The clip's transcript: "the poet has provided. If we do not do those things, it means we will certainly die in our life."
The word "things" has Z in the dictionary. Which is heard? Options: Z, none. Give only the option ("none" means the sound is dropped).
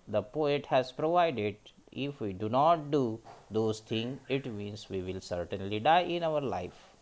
none